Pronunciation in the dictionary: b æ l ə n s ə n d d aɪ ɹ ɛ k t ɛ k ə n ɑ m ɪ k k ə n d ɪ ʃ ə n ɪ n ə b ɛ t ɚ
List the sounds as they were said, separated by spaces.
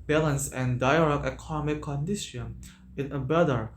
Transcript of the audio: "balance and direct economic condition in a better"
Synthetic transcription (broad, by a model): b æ l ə n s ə n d d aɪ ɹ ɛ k ɛ k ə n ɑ m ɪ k k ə n d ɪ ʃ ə n ɪ n ə b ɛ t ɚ